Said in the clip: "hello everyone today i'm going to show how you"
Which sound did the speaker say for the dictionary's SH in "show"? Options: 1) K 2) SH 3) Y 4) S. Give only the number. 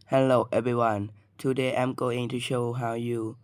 2